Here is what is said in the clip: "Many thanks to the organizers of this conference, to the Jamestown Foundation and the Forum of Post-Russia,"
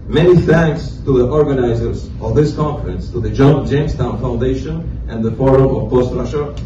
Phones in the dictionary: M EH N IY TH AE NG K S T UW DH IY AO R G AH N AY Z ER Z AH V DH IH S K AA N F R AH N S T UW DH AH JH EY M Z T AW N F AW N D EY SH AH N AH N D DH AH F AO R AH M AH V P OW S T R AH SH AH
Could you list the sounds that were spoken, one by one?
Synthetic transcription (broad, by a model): M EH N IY TH AE NG K S T UW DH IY AO R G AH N AY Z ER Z AH V DH IH S K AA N F R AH N S T UW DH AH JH EY M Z T AW N F AW N D EY SH AH N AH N DH AH F AO R AH M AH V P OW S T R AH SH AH